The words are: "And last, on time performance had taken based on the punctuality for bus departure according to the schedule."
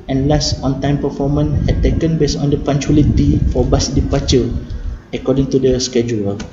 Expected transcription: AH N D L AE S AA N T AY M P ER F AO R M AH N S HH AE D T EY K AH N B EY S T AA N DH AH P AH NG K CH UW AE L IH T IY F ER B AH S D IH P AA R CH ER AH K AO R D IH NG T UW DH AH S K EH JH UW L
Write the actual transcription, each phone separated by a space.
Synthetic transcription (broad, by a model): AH N L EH S AA N T AY M P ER F AO M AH N HH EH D T EY K AH N B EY S AA N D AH P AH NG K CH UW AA L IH T IY F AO B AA S D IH P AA CH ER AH K AO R D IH NG T UW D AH S K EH JH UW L